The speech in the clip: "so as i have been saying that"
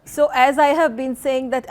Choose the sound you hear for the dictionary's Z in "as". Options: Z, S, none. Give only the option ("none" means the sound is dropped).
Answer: Z